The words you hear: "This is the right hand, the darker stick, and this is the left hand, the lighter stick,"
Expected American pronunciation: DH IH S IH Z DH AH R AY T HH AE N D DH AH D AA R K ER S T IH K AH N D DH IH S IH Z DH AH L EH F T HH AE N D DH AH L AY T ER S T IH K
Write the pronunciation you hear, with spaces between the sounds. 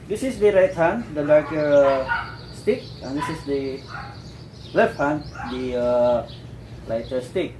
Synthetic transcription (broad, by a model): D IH S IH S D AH R AY T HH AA N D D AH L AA R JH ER S T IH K AH N D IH S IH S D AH L EH F T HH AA N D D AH L AY T ER S T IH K